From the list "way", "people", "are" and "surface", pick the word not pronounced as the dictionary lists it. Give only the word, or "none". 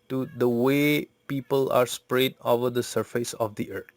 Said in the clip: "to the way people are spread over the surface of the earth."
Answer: none